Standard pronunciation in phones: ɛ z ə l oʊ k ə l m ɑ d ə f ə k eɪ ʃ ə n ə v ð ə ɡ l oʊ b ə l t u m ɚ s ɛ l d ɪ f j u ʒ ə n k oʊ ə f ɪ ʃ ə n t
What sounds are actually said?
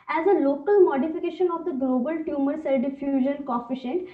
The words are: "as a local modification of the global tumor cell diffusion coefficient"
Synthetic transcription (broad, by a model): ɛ z ə l oʊ k ə l m ɑ d ə f ə k eɪ ʃ ə n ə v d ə ɡ l oʊ b ə l t u m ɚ s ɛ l d ɪ f j u ʒ ə n k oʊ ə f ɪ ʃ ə n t